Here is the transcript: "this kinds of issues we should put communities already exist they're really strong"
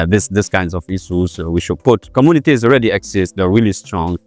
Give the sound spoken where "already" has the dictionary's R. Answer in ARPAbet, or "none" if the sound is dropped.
R